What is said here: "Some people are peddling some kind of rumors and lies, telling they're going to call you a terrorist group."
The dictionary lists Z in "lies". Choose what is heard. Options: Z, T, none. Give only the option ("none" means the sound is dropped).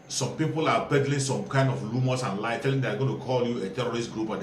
none